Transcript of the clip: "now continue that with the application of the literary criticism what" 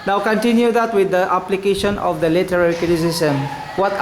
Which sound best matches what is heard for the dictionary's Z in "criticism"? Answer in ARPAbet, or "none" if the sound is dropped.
S